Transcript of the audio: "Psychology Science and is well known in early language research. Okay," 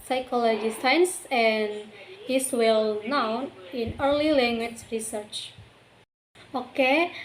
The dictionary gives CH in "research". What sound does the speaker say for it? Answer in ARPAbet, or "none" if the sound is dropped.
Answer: CH